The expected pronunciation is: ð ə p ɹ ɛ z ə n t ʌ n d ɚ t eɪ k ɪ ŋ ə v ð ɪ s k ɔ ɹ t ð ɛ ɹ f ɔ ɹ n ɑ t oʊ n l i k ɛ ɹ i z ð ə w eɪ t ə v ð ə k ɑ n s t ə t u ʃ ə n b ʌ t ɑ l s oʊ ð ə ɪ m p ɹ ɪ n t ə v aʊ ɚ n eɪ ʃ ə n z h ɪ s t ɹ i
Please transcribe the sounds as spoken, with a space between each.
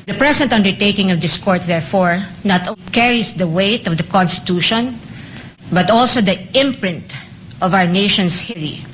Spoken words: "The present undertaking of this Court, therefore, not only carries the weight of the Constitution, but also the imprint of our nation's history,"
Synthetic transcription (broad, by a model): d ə p ɹ ɛ s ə n t ʌ n d ɚ t eɪ k ɪ ŋ ə v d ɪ s k ɔ ɹ t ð ɛ ɹ f ɔ ɹ n ɑ t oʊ k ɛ ɹ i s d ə w eɪ t ə v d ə k ɑ n s t ə t u ʃ ə n b ʌ t ɑ l s oʊ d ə ɪ m p ɹ ɪ n t ə v aʊ ɚ n eɪ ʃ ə n s h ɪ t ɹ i